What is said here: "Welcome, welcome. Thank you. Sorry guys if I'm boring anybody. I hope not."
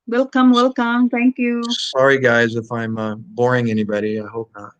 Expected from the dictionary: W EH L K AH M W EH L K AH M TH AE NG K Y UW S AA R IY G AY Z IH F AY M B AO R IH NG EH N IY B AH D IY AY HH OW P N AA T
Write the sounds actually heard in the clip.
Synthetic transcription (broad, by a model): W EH L K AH M W EH L K AH M T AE NG K Y UW S AA R IY G AY Z IH F AY M B AO R IH NG EH N IY B AH D IY AY HH OW P N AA T